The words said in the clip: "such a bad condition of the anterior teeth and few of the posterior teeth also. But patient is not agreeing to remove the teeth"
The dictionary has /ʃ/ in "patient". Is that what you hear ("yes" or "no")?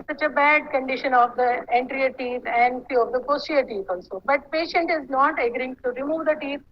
yes